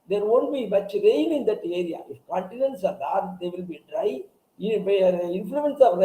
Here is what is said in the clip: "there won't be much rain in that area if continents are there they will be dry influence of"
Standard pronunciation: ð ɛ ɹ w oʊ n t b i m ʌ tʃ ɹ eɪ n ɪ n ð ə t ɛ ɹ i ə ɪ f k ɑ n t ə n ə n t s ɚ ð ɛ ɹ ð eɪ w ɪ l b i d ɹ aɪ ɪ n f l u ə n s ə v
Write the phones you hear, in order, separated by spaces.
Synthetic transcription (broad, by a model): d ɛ ɹ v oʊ n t b i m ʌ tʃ ɹ eɪ l ɪ n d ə t ɛ ɹ i ə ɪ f k ɑ n t ə n ə n t s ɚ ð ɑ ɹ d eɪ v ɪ l b i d ɹ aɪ ɪ n f l u ə n s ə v